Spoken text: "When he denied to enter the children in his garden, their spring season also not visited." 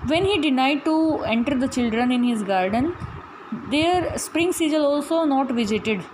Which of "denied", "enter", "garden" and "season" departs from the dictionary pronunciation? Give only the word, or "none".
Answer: season